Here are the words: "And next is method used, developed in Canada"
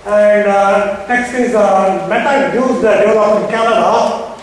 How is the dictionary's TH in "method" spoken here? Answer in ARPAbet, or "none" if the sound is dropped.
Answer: T